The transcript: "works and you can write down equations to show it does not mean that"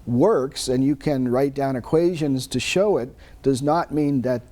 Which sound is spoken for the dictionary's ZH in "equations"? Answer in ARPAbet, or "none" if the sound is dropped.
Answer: ZH